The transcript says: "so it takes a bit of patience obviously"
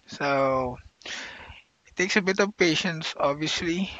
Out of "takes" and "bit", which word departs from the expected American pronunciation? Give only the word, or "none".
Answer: none